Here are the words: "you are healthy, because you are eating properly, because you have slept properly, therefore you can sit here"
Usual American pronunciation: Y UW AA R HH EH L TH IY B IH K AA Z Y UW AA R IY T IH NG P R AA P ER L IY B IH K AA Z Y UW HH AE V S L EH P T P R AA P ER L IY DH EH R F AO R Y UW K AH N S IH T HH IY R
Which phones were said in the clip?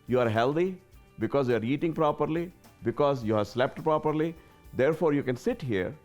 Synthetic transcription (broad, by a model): Y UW AA R HH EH L T IY B IH K AA Z Y UW AA R IY T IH NG P R AA P ER L IY B IH K AA Z Y UW HH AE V S L EH P T P R AA P ER L IY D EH R F AO R Y UW K AH N S IH T HH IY R